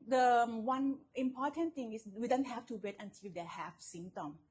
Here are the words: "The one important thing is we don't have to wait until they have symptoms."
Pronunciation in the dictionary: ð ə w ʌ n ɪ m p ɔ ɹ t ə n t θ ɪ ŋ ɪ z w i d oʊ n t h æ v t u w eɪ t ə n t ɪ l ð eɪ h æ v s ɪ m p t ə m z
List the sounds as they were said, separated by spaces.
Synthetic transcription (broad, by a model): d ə w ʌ n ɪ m p ɔ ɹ t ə n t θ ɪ ŋ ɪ s w i d oʊ n t h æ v t u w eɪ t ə n t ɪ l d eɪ h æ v s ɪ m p t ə m